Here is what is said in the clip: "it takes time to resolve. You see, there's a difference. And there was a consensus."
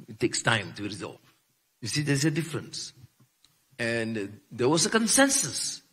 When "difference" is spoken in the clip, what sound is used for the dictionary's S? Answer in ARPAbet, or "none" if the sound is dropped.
S